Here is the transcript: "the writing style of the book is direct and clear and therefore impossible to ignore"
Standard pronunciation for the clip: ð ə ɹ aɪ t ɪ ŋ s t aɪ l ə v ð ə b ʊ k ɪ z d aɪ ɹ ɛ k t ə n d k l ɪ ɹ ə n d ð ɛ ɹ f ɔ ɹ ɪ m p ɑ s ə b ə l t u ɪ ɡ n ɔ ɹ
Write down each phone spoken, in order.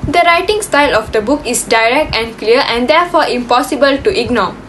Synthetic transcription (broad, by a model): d ə ɹ aɪ t ɪ ŋ s t aɪ l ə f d ə b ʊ k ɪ s d aɪ ɹ ɛ k t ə n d k l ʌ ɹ ə n d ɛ f ɔ ɪ m p ɑ s ə b ə l t u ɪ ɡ n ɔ